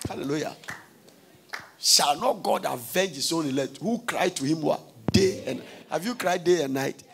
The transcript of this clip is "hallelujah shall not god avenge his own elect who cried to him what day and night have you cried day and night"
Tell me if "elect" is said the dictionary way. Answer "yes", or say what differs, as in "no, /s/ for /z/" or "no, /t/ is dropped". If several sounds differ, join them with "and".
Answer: no, /k/ is dropped